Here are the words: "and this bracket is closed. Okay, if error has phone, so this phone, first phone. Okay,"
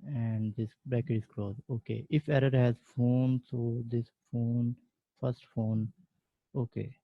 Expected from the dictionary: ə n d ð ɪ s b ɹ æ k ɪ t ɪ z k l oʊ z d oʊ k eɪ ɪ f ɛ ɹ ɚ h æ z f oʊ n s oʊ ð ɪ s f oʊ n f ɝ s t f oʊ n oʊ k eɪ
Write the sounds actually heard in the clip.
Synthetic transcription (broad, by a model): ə n d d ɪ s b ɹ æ k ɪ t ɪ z k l oʊ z oʊ k eɪ ɪ f ɛ ɹ ɚ h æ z f oʊ n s oʊ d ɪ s f oʊ n f ɝ s t f oʊ n oʊ k eɪ